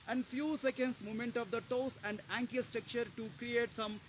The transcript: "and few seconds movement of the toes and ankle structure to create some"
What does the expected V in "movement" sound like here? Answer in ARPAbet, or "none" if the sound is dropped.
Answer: none